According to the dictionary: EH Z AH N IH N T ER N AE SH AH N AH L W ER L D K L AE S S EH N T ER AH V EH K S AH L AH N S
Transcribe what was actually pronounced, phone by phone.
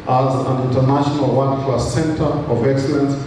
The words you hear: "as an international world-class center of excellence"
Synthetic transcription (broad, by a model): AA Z AH N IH N T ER N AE SH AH N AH L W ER D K L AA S S EH N T ER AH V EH K S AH L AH N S